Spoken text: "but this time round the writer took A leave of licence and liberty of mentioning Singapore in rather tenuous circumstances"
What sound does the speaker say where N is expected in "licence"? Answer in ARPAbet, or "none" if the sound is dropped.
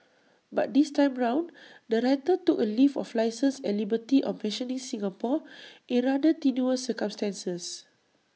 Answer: none